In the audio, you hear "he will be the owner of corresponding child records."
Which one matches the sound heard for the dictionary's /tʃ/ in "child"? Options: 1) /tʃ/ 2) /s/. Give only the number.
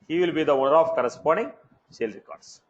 2